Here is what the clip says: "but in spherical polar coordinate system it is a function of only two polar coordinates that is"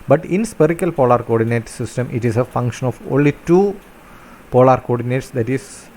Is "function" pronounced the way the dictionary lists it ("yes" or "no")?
yes